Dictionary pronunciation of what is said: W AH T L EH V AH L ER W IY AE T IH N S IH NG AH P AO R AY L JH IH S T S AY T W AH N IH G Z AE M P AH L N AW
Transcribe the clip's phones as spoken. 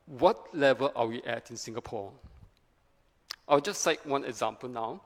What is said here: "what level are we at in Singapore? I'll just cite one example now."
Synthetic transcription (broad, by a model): W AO T L EH V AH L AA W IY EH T IH N S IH NG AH P AO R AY W JH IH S S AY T W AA N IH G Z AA M P AH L N AW